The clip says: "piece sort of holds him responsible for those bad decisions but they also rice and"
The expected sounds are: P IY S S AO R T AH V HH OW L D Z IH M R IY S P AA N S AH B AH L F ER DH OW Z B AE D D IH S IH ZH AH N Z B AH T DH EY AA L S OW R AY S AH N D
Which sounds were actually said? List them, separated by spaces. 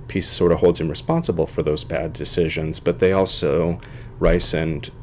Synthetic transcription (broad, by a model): P IY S S AO R T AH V HH OW L D Z IH M R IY S P AA N S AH B L F ER DH OW Z B AE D D IH S IH ZH AH N Z B AH T DH EY AA L S OW R AY S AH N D